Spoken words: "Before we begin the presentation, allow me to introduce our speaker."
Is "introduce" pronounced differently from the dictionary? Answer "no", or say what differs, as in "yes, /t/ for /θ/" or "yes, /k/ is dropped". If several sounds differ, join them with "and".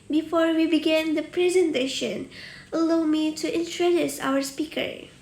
no